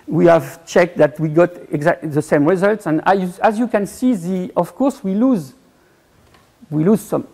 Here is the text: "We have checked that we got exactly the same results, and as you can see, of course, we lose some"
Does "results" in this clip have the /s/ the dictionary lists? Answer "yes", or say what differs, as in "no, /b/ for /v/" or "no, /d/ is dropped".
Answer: yes